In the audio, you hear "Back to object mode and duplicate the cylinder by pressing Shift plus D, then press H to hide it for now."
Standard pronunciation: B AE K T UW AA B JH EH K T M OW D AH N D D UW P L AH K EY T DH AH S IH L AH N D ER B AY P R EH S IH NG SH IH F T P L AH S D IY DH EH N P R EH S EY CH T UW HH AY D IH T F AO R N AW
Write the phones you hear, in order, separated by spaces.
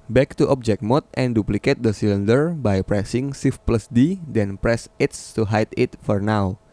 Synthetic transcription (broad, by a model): B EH K T UW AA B JH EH K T M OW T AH N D D UW P L AH K EY T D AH S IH L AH N D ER B AY P R EH S IH NG S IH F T P L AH S D IY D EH N P R EH S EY S T UW HH AY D IH T F AO R N AW